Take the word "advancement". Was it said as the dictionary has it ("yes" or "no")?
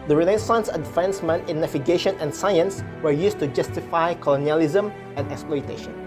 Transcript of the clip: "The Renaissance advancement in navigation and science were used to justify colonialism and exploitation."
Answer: no